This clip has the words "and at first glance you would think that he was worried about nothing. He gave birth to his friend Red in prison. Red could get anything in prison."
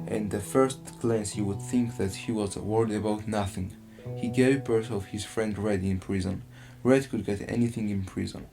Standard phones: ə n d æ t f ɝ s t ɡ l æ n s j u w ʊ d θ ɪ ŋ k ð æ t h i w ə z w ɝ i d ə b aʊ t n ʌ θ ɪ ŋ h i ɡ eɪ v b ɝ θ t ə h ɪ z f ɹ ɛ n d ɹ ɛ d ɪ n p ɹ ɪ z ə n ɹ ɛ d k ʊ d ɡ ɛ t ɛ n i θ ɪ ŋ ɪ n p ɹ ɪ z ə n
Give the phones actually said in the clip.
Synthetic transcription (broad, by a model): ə n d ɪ f ɝ s t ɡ l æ n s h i w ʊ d θ ɪ ŋ k ð æ t h i w ə z w ɝ i d ə b aʊ t n ʌ θ ɪ ŋ h i ɡ eɪ v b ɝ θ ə h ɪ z f ɹ ɛ n d ɹ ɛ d ɪ n p ɹ ɪ z ə n ɹ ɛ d k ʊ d ɡ ɛ t ɛ n i θ ɪ ŋ ɪ n p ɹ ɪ z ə n